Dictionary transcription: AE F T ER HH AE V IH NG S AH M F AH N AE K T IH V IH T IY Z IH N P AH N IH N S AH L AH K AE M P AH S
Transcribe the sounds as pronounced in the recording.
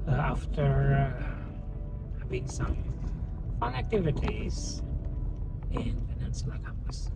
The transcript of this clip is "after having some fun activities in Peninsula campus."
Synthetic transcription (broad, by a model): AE F T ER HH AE B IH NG S AH M F AH N AE K T IH V IH T IY Z IH N F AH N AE N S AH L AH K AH M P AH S